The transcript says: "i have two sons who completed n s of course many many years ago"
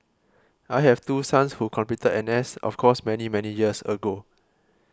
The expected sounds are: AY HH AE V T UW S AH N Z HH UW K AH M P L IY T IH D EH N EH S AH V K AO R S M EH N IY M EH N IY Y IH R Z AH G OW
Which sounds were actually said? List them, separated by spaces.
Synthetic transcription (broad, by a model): AY HH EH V T UW S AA N S HH UW K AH M P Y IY T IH EH N EH S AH F K AO S M EH N IY M EH N IY Y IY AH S AH G OW